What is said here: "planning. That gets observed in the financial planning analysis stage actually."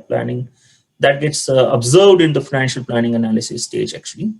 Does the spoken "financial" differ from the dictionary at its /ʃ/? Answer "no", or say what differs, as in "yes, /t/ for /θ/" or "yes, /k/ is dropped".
no